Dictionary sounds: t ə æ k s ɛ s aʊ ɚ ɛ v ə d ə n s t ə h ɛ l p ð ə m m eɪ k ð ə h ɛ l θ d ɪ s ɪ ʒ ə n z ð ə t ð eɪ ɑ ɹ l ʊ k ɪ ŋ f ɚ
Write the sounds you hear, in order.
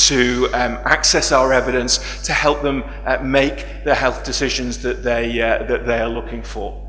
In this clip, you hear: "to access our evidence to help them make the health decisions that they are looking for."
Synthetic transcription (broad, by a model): t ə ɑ k s ɛ s aʊ ɚ ɛ v ə d ə n s t ə h ɛ l p ð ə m m eɪ k ð ə h ɛ l θ d ɪ s ɪ ʒ ə n z ð ə t ð eɪ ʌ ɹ l ʊ k ɪ ŋ f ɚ